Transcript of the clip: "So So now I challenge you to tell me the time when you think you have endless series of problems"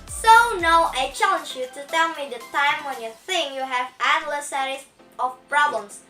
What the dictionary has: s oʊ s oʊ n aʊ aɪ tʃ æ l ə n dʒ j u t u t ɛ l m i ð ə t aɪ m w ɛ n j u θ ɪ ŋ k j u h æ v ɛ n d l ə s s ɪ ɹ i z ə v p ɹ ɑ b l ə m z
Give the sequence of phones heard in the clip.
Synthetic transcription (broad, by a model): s s oʊ n aʊ aɪ tʃ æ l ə n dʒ j u t u t ɛ l m i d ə t aɪ m w ɛ n j u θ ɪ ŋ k j u h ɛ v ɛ d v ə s s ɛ ɹ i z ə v p ɹ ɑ b l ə m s